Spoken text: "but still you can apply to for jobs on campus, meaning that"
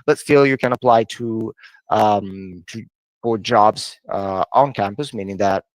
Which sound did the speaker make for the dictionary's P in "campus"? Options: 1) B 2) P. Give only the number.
2